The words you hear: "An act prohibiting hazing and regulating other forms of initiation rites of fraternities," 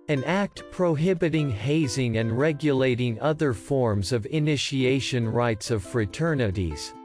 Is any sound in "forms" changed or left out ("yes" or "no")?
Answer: no